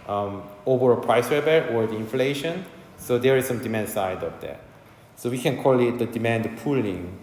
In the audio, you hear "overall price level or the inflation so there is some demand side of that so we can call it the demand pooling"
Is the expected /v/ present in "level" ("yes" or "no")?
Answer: no